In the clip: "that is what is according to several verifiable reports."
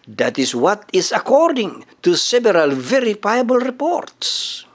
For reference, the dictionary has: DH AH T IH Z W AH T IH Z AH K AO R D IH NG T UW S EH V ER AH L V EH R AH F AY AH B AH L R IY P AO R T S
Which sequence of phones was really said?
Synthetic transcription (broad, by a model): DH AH T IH S W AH T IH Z AH K AO R D IH NG T UW S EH B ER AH L V EH R AH F AY AH B AH L R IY P AO R T S